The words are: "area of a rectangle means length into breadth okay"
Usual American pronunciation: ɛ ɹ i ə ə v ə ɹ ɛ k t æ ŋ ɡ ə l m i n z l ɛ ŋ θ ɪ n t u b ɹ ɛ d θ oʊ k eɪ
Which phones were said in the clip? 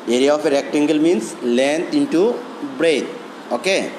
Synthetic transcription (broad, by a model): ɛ ɹ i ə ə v ə ɹ ɛ k t æ ŋ ɡ ə l m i n s l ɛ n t ɪ n t u b ɹ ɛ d oʊ k eɪ